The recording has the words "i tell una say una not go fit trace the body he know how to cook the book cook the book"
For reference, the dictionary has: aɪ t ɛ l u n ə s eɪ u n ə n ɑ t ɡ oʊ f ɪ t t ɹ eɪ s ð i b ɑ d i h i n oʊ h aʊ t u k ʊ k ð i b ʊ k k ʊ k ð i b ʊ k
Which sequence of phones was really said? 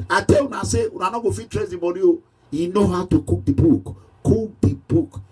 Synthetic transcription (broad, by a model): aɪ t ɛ w u n ə s eɪ u n ə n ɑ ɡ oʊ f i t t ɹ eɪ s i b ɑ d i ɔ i n oʊ h aʊ t u k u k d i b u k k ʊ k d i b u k